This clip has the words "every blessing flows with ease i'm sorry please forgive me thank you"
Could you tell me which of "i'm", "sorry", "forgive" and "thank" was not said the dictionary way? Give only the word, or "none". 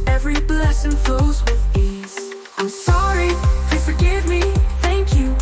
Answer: none